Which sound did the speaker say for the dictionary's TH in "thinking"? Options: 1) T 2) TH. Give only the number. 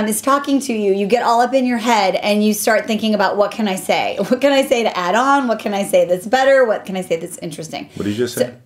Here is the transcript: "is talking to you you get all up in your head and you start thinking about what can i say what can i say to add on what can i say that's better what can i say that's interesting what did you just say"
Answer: 2